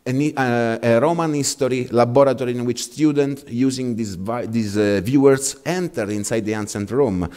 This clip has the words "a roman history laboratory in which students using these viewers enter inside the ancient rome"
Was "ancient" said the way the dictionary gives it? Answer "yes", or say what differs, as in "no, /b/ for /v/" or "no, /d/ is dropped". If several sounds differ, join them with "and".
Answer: no, /s/ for /ʃ/